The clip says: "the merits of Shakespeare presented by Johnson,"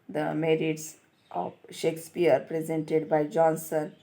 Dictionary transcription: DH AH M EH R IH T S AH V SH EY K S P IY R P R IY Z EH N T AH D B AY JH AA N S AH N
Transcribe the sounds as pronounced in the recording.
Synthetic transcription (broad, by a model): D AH M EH R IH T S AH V SH EY K S P IY R P R IY Z EH N T AH D B AY JH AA N S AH N